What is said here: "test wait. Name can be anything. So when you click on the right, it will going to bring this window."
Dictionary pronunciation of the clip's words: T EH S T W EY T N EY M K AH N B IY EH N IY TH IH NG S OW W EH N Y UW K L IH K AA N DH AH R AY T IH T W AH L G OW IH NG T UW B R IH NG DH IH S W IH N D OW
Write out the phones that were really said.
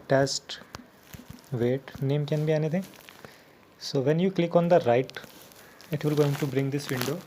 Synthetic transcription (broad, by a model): T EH S T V EY T N EY M K AH N B IY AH N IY T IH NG S OW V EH N Y UW K L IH K AA N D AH R AY T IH T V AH L G OW IH NG T UW B R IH NG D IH S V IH N D OW